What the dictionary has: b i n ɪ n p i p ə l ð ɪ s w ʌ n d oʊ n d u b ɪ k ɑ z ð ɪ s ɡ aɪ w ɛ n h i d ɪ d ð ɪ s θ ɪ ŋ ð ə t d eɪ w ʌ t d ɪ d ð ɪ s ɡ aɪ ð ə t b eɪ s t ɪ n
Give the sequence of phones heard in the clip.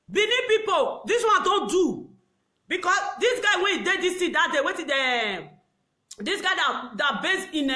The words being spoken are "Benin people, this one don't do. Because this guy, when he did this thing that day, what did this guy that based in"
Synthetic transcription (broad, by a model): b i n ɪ p i p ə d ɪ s w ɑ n d oʊ n d u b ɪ k ɑ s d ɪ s ɡ aɪ w ɛ n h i d ɪ d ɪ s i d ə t d eɪ w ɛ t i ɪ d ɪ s ɡ aɪ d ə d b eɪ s ɪ n